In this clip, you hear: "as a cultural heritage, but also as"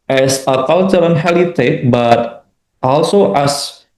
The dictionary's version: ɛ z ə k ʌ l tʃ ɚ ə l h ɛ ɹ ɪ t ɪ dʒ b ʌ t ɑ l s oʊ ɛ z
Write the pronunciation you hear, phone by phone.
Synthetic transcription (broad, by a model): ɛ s ə k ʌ l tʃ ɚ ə n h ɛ l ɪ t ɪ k b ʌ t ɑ l s oʊ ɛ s